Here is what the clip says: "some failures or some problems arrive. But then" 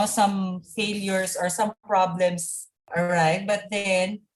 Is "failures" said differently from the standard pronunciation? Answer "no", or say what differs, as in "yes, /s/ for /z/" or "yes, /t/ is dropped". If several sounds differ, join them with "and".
yes, /s/ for /z/